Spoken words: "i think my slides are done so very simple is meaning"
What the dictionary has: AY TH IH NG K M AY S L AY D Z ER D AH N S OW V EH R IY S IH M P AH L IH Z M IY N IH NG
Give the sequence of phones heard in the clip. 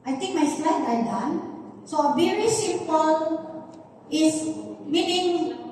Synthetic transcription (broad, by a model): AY T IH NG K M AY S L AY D ER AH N S OW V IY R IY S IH P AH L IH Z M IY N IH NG